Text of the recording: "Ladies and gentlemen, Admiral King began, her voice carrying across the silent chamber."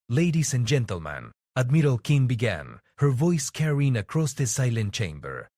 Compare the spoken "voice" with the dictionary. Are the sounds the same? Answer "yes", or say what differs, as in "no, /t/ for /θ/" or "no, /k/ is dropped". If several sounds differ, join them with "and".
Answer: yes